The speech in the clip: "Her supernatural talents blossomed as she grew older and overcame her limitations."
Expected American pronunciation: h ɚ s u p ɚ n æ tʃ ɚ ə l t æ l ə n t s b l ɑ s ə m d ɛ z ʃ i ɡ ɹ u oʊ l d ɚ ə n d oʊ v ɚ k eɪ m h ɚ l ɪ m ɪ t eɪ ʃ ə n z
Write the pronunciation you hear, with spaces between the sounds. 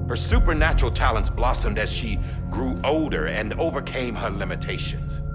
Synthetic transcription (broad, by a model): h ɚ s u p ɚ n æ tʃ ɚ l t æ l ə n t s b l ɑ s ə m d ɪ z ʃ i ɡ ɹ u oʊ l d ɚ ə n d oʊ v ɚ k eɪ m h ɚ l ɪ m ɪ t eɪ ʃ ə n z